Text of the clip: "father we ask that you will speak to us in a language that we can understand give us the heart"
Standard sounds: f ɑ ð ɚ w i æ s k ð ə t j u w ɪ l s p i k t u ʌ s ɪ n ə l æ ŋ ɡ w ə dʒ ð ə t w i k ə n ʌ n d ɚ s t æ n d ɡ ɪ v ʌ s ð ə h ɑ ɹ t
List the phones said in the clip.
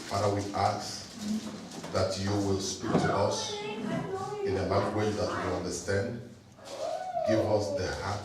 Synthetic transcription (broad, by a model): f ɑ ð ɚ w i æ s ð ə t j u w ɪ l s p i k t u ʌ s ɪ n ə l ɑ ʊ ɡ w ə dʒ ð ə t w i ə l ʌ n d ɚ s t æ n d ɡ ɪ v ʌ s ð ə h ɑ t